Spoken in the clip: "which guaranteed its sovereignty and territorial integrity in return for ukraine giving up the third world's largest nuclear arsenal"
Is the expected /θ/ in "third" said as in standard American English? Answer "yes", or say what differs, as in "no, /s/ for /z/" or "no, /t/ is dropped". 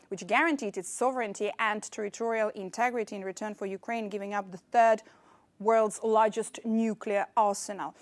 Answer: yes